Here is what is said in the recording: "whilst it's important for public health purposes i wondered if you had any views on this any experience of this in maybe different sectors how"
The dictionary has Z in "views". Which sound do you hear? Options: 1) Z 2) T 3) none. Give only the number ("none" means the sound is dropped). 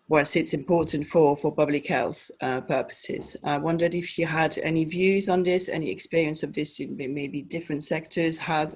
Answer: 1